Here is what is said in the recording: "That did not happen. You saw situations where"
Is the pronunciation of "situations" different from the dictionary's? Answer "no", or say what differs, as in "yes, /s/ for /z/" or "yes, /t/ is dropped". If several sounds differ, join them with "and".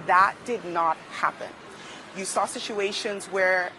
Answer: no